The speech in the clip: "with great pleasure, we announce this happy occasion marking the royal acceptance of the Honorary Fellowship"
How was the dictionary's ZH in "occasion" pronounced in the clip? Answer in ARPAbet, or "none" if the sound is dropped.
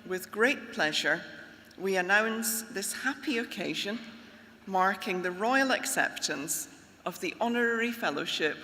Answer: ZH